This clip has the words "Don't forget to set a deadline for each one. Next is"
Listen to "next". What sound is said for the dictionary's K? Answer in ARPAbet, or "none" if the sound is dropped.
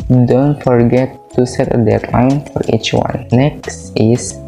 K